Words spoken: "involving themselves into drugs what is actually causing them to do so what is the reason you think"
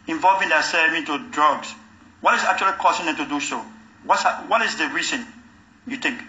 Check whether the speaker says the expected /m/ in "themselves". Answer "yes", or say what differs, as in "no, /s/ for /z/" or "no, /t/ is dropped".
no, /m/ is dropped